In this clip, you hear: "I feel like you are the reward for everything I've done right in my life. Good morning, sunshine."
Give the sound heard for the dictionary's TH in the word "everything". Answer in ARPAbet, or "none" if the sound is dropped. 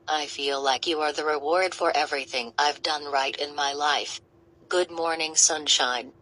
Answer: TH